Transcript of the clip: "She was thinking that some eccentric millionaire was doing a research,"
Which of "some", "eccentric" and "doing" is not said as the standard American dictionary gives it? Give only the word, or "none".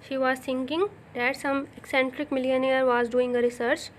none